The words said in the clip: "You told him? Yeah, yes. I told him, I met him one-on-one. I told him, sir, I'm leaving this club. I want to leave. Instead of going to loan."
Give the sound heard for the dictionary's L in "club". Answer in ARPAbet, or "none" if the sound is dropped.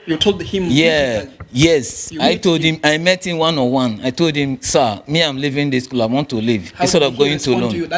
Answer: none